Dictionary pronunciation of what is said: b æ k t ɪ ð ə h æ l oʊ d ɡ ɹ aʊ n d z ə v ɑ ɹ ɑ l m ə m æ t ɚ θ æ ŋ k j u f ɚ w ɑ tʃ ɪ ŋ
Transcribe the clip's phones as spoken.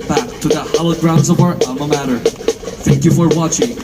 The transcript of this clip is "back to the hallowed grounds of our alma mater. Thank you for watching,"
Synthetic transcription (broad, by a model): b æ k t ɪ ð ə h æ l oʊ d ɡ ɹ aʊ n d z ə v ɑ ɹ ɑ m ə m æ t ɚ θ æ ŋ k j u f ɚ w ɑ tʃ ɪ ŋ